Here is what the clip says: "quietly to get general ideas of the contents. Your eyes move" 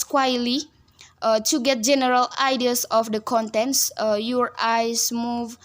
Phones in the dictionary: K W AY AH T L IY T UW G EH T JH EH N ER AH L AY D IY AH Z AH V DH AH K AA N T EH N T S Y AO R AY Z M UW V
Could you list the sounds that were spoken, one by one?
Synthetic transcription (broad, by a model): K W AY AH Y L IY T UW G EH T JH EH N ER AH L AY D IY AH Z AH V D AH K AA N T EH N T S Y AO R AY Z M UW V